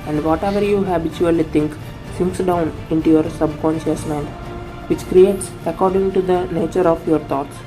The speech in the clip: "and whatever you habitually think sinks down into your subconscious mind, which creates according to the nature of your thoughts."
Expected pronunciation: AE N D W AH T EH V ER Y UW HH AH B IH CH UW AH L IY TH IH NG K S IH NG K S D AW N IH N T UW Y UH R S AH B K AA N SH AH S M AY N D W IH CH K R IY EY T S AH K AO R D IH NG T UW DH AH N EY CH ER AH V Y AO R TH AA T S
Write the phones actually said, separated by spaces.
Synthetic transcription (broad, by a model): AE N D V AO T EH V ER Y UW HH AH B IH CH UW AH L IY T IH NG K S IH NG K S D AW N IH N T UW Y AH R S AH B K AA N SH AH S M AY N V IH CH K R IY EY T S AH K AO R D IH NG T UW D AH N EY CH ER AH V Y AO R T AA T S